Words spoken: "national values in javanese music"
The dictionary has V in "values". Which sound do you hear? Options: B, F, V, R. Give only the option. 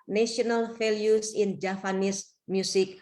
F